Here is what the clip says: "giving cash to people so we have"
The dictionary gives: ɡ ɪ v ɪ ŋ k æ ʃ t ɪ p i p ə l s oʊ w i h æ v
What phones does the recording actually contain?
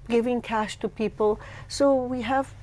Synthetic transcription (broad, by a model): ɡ ɪ v ɪ ŋ k æ ʃ t ɪ p i p ə l s oʊ w i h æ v